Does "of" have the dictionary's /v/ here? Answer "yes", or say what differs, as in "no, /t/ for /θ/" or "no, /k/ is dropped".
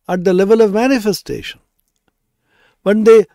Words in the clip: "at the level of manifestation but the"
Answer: yes